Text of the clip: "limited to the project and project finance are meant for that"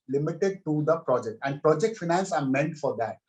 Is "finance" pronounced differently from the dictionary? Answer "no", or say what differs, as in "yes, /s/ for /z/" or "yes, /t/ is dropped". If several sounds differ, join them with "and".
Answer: no